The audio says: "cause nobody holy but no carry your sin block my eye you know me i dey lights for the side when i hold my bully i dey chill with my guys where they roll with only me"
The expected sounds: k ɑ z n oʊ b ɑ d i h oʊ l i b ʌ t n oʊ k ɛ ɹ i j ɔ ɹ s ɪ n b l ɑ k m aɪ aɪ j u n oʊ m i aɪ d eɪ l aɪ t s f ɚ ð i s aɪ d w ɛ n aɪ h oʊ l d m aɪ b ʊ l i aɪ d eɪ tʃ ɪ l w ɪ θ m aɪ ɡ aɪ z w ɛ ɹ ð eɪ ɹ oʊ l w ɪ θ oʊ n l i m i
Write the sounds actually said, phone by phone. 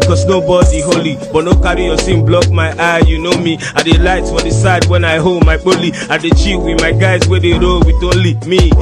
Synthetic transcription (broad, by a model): k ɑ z n oʊ b ɑ d i h oʊ l i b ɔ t n oʊ k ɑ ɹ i j ɔ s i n b l ɑ k m aɪ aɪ j u n oʊ m i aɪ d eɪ l aɪ t s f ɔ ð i s aɪ d w ɛ n aɪ h oʊ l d m aɪ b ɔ l i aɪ d eɪ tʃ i w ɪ m aɪ ɡ aɪ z w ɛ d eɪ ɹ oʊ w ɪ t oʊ l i m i